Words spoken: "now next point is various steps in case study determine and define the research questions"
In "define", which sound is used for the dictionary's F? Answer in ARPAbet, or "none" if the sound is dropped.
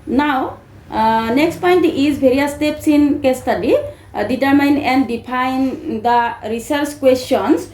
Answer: P